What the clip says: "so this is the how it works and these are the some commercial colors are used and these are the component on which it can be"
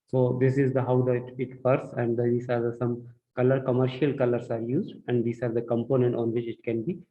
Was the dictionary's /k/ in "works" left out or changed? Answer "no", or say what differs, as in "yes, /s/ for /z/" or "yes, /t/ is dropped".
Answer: yes, /k/ is dropped